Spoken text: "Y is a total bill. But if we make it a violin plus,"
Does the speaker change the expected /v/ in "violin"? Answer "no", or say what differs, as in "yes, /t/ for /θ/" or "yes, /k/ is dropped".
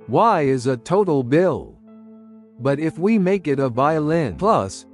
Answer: no